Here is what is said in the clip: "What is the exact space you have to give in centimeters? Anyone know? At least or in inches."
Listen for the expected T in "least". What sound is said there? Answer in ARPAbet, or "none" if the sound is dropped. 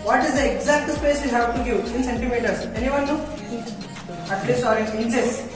none